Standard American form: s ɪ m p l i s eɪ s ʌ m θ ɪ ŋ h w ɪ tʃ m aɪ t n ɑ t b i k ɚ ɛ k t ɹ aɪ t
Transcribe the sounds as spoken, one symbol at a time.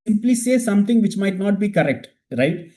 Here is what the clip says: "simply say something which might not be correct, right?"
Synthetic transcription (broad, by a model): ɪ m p l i s eɪ s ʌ m t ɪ ŋ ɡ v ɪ tʃ m aɪ t n ɑ t b i k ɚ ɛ k t ɹ aɪ t